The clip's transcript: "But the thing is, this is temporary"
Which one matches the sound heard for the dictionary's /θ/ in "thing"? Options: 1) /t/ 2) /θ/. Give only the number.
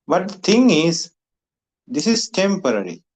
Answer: 1